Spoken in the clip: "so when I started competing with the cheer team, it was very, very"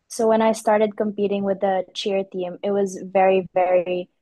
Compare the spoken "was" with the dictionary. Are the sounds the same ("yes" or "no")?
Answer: yes